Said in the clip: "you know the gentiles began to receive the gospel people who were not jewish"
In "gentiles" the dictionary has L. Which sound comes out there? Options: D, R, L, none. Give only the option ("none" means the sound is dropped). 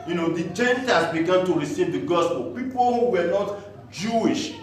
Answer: none